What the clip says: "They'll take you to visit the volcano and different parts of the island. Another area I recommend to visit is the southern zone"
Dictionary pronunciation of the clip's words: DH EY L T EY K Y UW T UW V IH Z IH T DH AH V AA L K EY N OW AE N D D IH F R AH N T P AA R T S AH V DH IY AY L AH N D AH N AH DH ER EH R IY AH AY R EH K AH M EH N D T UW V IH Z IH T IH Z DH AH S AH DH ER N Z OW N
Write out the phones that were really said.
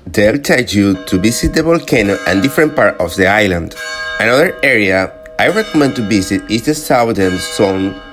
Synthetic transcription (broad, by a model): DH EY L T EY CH Y UW T UW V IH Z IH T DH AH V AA L K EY N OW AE N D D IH F R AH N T P AA R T AH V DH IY AY L AH N D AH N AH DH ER EH R IY AH AY R EH K AH M EH N D T UW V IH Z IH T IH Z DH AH S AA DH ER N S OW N